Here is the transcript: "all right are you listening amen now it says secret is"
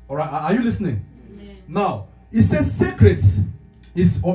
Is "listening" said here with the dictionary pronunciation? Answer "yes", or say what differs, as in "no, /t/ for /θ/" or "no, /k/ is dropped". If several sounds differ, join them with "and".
yes